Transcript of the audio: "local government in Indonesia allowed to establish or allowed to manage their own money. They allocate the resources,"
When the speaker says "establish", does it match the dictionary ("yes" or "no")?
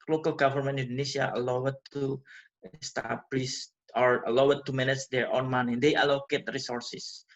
no